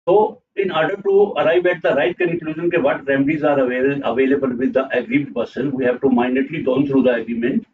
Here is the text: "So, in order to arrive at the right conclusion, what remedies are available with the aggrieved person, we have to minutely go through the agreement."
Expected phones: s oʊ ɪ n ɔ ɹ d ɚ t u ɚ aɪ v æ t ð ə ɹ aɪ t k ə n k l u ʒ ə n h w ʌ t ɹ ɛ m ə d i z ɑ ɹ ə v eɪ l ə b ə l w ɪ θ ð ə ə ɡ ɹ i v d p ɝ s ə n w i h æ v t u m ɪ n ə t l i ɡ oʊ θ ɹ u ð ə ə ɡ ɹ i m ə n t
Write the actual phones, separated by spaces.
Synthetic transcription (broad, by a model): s oʊ ɪ n ɔ ɹ d ɚ t u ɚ aɪ v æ t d ə ɹ aɪ t k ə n k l u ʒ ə n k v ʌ t ɹ ɛ m ə d i z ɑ ɹ ə v eɪ l ə b ə l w ɪ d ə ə ɡ ɹ i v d p ɝ s ə n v i h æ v t u m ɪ n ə t l i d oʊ t ɹ u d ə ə ɡ ɹ i m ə n t